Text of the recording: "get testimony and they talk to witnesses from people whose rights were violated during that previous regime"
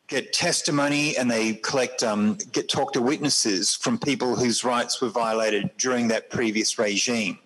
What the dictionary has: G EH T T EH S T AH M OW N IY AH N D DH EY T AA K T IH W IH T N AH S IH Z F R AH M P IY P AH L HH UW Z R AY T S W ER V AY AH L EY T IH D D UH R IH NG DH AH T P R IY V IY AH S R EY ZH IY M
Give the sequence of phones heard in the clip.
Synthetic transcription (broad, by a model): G EH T T EH S T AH M OW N IY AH N DH EY T AA K T IH W IH T N AH S IH Z F R AH M P IY P AH L HH UW Z R AY T S W ER V AY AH L EY T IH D D UH R IH NG DH AH T P R IY V IY AH S R EY ZH IY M